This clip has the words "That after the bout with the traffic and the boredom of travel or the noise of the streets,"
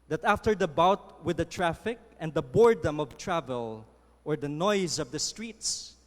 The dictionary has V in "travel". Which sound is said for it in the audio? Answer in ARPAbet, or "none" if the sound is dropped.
V